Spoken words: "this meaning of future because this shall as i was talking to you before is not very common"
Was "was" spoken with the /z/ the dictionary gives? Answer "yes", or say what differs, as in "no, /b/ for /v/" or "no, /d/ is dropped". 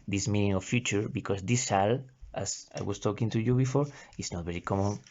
no, /s/ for /z/